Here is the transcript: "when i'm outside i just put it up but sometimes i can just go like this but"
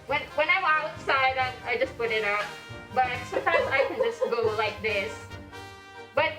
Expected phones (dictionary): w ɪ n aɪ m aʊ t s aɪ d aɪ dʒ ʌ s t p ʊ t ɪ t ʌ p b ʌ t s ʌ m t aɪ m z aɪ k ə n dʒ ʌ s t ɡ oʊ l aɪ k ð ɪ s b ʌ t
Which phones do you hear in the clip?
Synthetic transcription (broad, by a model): w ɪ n aɪ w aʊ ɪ s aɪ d aɪ dʒ ʌ s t p ʊ t ɪ t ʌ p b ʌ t s ʌ m t aɪ m z aɪ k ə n dʒ ʌ s t ɡ oʊ l aɪ k ð ɪ s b ʌ t